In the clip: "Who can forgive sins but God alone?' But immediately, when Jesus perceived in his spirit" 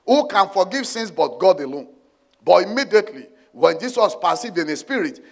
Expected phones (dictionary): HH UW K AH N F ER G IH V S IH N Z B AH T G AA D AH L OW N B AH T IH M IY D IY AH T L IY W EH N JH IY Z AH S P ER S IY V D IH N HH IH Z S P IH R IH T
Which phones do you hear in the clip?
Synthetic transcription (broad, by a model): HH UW K AH N F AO G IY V S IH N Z B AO T G AA D AH L OW N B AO T IH M IY D IY AH T L IY W EH N JH IY S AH S P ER S IY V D IH N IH S P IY R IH T